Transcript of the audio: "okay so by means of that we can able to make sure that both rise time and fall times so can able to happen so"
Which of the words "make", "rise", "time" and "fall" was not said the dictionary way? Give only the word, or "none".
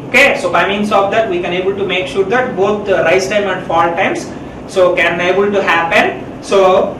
rise